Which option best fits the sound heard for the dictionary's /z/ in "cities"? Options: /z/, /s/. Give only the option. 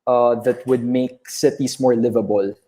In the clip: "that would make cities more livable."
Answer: /s/